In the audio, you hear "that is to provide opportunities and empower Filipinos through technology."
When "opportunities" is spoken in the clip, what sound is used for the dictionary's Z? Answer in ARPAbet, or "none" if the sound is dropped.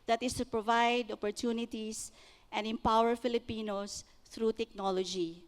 S